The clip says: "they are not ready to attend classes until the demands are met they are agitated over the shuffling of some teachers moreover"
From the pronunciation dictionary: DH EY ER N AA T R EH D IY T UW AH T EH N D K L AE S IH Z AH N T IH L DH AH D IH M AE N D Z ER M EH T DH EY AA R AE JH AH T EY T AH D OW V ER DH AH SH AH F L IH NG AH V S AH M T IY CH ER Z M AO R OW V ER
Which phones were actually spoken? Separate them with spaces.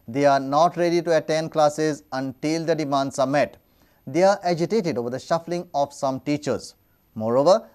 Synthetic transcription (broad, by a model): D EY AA N AA T R EH D IY T UW AH T EH N D K L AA S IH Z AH N T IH L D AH D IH M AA N D S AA M EH T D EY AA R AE JH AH T EY T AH D OW V ER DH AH SH AH F L IH NG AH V S AH M T IY CH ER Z M AO R OW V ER